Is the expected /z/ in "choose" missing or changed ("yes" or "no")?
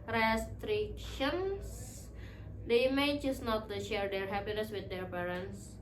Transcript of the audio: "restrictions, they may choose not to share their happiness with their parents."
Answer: yes